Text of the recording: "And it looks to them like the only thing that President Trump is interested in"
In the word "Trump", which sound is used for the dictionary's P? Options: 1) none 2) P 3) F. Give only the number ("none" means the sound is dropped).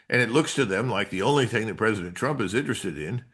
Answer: 2